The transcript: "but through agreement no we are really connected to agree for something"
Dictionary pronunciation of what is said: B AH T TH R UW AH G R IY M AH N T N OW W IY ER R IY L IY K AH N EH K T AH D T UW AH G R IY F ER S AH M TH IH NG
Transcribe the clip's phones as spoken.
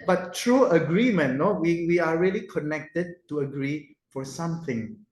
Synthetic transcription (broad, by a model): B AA T T R UW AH G R IY M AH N N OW W IY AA R IY L IY K AH N EH K T AH D T UW AH G R IY F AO S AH M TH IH NG